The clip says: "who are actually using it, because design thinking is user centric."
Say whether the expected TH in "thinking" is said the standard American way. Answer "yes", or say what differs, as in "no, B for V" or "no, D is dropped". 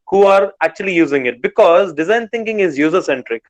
no, T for TH